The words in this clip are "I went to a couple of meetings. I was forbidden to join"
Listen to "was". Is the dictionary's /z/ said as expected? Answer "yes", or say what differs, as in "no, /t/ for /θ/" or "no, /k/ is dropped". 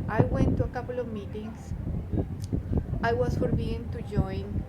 no, /s/ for /z/